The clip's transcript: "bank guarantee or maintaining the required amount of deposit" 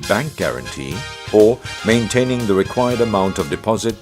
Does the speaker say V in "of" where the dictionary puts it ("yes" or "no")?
yes